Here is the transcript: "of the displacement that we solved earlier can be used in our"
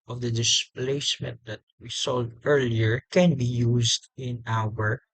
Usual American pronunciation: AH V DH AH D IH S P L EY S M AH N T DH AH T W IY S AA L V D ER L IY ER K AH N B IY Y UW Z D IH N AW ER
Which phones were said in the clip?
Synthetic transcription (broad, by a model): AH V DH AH D IH S P L EY S M AH N T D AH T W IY S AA L D ER L IY ER K AH N B IY Y UW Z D IH N AW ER